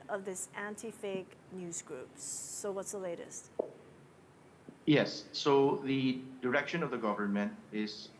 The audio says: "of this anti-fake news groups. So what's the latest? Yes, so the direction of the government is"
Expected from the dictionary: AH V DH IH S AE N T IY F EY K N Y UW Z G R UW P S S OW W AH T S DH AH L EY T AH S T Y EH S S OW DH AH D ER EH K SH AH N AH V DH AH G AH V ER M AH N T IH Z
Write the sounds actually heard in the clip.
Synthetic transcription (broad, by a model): AH V DH IH S AE N T IY F EY K N Y UW Z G R UW P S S OW W AH T S DH AH L EY T AH S T Y EH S S OW DH AH D ER EH K SH AH N AH V DH AH G AH V ER M AH N T IH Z